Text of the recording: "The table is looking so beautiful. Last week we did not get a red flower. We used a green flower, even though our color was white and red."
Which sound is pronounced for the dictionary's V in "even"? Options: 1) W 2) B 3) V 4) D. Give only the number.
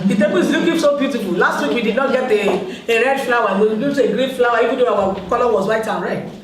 1